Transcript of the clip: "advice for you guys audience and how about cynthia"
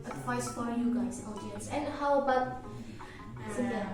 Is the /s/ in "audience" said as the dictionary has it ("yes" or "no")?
yes